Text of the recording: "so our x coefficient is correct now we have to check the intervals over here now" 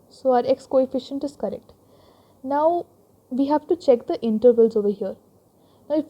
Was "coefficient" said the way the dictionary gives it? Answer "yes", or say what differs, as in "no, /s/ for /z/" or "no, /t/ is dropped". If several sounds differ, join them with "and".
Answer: yes